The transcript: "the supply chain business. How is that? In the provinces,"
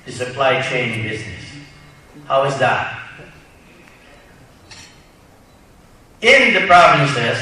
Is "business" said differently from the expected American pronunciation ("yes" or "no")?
no